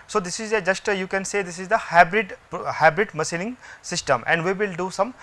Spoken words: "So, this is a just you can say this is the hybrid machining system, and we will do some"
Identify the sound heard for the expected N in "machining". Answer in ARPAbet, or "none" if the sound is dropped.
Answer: L